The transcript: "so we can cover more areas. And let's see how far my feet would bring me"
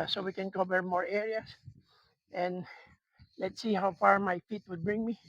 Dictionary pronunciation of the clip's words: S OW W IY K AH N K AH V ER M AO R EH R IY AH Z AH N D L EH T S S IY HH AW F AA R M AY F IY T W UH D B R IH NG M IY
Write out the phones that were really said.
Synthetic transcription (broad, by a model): S OW W IY K AH N K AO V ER M AO R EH R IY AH S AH N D L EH T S S IY HH AW F AA R M AY F IY T W UH D B R IH NG M IY